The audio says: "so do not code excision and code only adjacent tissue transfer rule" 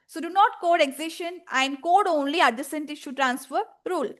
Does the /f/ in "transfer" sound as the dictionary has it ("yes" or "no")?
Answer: yes